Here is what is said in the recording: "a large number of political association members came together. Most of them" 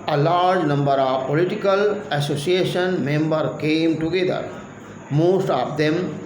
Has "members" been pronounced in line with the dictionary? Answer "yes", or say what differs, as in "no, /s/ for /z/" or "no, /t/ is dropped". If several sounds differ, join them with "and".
no, /z/ is dropped